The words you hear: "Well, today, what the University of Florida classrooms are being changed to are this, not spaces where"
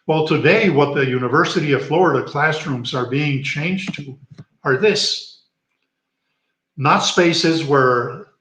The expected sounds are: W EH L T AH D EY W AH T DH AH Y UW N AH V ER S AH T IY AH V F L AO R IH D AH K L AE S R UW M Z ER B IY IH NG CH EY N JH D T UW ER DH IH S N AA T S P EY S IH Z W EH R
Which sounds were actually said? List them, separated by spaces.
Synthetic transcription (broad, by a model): W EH L T AH D EY W AH T DH AH Y UW N AH V ER S AH T IY AH V F L AO R IH D AH K L AE S R UW M Z ER B IY IH NG CH EY N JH T UW ER DH IH S N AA T S P EY S IH Z W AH R